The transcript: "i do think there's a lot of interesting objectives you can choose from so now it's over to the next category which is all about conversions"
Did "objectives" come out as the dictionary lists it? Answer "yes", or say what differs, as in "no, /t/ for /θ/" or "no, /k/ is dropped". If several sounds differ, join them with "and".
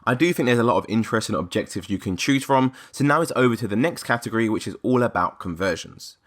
yes